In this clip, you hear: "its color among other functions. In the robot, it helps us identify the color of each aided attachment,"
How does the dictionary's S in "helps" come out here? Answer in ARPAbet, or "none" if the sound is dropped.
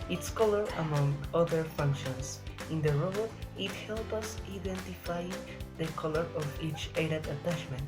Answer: none